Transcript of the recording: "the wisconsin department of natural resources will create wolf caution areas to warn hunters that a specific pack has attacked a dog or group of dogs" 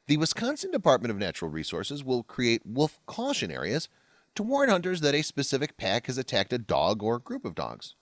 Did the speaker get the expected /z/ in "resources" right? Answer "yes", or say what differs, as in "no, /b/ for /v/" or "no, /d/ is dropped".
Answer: yes